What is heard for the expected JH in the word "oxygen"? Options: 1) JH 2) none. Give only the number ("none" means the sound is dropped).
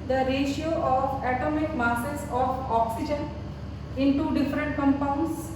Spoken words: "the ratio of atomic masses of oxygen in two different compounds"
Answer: 1